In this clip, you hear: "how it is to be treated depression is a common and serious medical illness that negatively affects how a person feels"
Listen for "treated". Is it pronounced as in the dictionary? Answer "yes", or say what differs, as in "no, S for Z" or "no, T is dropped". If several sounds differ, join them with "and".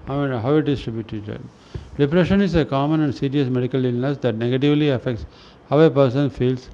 no, R is dropped